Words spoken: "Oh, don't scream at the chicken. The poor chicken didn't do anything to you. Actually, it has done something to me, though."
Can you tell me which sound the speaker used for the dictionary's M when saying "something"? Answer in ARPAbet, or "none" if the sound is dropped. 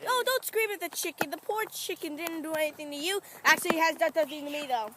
none